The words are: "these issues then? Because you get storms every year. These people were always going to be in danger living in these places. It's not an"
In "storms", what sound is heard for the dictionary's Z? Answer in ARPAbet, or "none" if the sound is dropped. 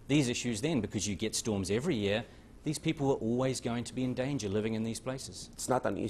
Z